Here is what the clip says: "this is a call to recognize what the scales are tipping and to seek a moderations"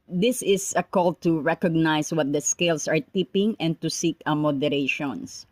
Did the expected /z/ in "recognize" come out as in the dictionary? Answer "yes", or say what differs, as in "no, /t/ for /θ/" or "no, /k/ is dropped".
no, /s/ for /z/